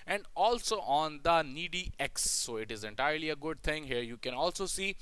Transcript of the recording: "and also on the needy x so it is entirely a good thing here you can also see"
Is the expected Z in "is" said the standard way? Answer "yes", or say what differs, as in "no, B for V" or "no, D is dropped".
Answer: yes